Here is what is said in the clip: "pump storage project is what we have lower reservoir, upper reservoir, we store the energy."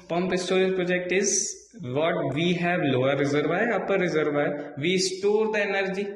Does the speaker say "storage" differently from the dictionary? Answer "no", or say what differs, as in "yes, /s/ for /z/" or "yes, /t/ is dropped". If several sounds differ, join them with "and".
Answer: yes, /l/ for /ɹ/